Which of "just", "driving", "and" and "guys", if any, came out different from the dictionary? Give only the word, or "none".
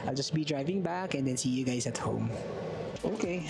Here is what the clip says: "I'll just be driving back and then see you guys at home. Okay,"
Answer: guys